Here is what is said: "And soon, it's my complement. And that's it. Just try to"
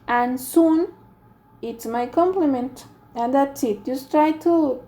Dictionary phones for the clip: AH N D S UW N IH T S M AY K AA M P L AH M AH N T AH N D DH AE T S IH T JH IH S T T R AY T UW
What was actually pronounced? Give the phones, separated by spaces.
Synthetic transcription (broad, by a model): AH N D S UW N IH T S M AY K AA M P L AH M AH N T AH N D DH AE T S IH T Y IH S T T R AY T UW